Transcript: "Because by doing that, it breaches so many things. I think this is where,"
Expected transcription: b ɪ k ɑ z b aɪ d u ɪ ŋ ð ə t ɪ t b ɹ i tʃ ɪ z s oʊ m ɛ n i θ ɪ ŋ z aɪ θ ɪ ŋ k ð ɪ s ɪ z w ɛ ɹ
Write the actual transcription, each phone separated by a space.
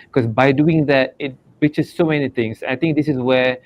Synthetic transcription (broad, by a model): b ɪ k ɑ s b aɪ d u ɪ ŋ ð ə t ɪ t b i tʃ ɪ s oʊ m ɛ n i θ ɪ ŋ s aɪ t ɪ ŋ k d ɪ s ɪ s w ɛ